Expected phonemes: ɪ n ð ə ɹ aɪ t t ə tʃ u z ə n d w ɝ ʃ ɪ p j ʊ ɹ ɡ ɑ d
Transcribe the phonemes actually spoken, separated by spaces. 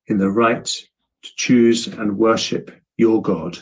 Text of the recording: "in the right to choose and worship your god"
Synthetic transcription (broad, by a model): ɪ n ð ə ɹ aɪ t t ə tʃ u z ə n w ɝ ʃ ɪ p j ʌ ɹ ɡ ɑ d